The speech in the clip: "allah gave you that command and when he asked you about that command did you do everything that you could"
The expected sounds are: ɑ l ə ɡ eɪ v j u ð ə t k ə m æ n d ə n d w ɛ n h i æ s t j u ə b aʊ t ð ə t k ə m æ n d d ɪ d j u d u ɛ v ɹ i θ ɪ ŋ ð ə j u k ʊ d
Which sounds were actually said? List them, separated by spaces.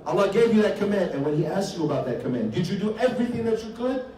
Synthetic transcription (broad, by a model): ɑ l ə ɡ eɪ v j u ð ə t k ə m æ n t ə n w ɛ n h i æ s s j u ə b aʊ t ð ə t k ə m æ n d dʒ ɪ d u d ɛ v ɹ i θ ɪ ŋ ð ə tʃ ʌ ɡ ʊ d